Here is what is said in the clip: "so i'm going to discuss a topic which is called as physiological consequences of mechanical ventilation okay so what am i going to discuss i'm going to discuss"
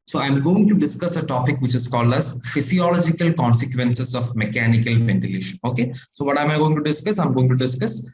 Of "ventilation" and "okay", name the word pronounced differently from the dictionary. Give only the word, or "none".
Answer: none